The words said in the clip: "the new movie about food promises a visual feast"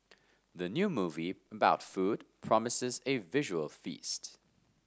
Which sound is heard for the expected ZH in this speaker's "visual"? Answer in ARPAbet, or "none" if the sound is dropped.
ZH